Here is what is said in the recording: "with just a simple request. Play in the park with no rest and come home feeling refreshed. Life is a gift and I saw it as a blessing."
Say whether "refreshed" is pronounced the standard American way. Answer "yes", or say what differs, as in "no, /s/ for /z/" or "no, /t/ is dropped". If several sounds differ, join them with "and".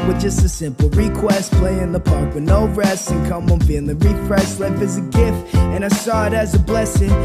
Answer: no, /s/ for /ʃ/